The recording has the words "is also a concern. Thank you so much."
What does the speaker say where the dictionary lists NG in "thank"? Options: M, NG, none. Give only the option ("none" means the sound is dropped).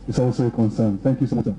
NG